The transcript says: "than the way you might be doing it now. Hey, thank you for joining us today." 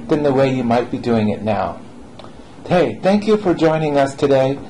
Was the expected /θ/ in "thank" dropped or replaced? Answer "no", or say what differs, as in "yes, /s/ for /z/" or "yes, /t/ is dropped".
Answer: no